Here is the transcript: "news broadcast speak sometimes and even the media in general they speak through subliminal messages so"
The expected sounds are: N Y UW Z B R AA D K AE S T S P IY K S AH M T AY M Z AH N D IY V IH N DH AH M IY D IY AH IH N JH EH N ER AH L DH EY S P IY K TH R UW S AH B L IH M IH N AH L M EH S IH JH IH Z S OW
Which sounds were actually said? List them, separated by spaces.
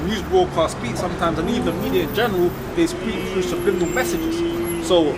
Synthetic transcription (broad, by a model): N Y UW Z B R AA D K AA S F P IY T S AH M T AY M Z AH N IY V IH N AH M IY D IY AH IH N JH EH N ER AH L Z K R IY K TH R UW S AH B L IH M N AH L M EH S IH JH IH Z S OW